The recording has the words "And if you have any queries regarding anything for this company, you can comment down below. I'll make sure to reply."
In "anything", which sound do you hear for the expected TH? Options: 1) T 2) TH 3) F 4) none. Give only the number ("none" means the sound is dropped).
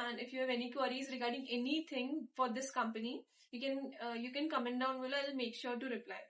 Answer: 1